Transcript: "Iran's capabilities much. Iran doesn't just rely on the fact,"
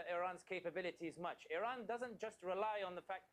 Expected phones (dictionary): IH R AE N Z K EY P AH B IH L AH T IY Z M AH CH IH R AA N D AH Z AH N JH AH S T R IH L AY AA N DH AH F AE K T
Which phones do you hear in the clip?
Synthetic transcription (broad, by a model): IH R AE N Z K EY P AH B IH L AH T IY Z M AH CH IH R AA N D AH Z AH N JH AH S T R IH L AY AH N DH AH F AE K